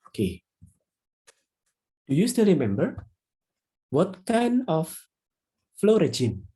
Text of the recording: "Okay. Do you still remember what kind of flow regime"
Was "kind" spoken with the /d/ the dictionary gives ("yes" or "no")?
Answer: no